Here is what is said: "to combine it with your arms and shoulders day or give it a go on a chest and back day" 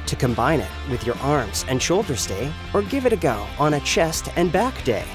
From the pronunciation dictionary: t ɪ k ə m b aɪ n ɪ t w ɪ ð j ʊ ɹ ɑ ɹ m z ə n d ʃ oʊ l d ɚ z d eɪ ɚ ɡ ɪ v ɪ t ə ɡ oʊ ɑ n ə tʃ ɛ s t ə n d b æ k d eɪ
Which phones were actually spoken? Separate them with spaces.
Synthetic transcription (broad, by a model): t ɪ k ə m b aɪ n ɪ t w ɪ ð j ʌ ɹ ɑ ɹ m z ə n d ʃ oʊ l d ɚ z d eɪ ɚ ɡ ɪ v ɪ t ə ɡ oʊ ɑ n ə tʃ ɛ s t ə n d b æ k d eɪ